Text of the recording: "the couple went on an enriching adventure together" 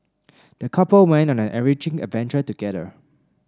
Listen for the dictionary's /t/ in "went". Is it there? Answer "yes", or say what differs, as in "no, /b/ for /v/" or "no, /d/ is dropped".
no, /t/ is dropped